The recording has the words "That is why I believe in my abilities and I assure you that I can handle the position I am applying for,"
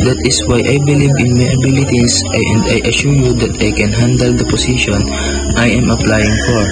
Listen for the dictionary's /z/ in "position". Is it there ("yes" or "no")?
no